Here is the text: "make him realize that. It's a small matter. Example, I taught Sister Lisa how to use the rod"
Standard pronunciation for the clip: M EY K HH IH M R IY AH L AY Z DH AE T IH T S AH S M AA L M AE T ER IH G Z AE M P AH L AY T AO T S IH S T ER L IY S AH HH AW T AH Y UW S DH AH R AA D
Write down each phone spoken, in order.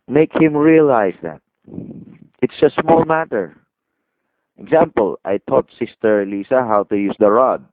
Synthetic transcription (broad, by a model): M EY K HH IH M R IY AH L AY S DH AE T IH T S AH S M AA L M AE T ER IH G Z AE M P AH L AY T AO T S IH S T ER L IY S AH HH AW T AH Y UW S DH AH R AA D